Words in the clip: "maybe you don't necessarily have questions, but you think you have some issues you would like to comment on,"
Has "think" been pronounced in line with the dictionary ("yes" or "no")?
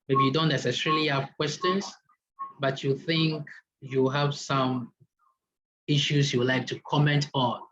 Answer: yes